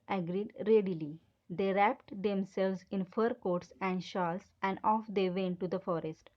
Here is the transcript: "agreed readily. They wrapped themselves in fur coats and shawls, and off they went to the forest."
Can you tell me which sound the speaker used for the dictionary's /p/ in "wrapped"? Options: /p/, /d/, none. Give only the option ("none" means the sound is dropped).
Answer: /p/